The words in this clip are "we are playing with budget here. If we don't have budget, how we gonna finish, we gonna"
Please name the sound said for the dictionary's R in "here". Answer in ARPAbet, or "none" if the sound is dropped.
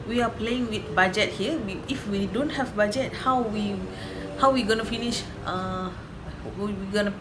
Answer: W